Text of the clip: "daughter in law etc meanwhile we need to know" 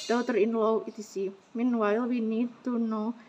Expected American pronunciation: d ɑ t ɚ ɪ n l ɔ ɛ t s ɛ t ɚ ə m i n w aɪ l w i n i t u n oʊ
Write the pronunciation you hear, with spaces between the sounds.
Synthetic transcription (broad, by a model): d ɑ t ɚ ɪ n l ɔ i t i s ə m i n w aɪ l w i n i t u n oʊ